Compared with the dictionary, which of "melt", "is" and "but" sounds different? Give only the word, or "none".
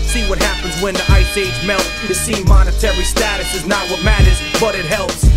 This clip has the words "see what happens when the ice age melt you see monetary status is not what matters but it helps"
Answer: none